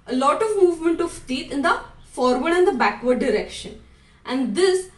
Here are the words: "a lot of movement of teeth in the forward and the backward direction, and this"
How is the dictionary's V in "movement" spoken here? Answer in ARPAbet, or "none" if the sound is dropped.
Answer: V